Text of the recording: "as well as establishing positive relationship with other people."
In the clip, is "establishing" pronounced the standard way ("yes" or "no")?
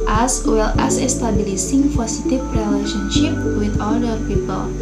no